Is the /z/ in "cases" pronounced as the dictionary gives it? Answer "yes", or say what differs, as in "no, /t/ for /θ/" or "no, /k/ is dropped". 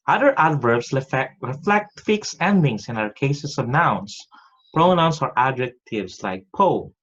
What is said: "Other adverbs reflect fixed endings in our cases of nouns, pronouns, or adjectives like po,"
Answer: no, /s/ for /z/